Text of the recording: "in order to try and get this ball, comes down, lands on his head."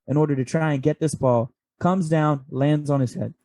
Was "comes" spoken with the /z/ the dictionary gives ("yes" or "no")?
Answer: yes